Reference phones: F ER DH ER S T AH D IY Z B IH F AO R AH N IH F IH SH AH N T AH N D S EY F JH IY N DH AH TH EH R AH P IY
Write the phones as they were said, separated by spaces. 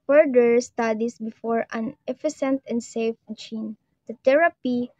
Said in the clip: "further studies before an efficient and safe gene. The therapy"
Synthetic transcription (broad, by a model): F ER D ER S T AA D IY S B IH F AO R AH N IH F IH S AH N T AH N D S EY F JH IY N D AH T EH R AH P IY